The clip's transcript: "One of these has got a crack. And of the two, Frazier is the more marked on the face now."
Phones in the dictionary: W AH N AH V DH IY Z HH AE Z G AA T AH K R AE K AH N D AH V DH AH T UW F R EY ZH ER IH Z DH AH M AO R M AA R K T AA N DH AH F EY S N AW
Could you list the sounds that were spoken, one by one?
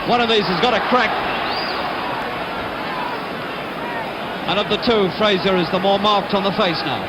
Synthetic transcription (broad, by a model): W AH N AH V DH IY Z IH Z G AA T AH K R AE K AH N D AH V DH AH T UW F R EY Z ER IH Z DH AH M AO R M AA R K T N DH AH F EY S N AW